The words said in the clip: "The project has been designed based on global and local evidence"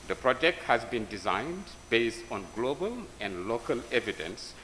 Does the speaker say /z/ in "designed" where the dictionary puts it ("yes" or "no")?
yes